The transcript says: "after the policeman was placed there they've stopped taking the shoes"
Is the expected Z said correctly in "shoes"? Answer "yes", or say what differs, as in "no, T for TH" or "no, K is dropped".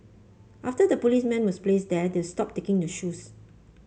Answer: no, S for Z